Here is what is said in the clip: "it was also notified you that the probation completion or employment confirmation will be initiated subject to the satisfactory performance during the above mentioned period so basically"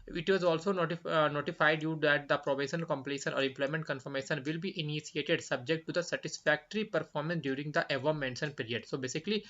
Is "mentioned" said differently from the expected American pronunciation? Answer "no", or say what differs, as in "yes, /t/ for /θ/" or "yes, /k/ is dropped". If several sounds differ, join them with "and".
yes, /s/ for /ʃ/